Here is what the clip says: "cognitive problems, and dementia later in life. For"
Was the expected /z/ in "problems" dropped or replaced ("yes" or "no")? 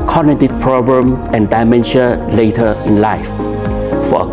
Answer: yes